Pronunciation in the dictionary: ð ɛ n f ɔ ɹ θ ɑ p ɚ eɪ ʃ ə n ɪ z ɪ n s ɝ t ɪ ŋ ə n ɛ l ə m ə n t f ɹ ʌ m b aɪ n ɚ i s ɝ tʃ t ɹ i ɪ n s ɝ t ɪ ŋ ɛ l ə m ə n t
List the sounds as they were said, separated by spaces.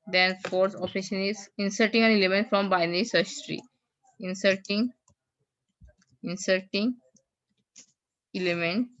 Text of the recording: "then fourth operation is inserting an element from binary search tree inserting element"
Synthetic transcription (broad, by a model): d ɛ n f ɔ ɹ s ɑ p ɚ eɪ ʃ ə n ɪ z ɪ n s ɝ t ɪ ŋ ə n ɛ l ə m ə n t f ɹ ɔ m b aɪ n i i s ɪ s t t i ɪ n s ɝ t ɪ ŋ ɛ l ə m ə n t